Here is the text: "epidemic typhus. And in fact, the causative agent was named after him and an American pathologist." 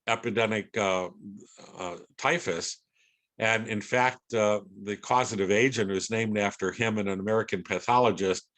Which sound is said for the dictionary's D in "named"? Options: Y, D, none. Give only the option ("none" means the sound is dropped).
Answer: D